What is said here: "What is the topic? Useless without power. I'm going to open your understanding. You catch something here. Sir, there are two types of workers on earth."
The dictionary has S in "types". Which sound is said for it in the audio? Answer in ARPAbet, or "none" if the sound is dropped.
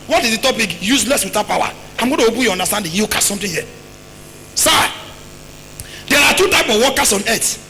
none